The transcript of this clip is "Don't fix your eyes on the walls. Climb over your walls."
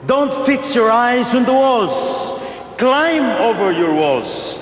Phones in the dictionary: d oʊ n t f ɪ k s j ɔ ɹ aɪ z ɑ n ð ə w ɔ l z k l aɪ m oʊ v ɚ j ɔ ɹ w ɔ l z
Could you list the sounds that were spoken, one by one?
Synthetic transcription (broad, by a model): d oʊ n t f ɪ k s j ɔ ɹ aɪ z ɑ n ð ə w ɔ l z k l aɪ m oʊ v ɚ j ɔ ɹ w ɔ l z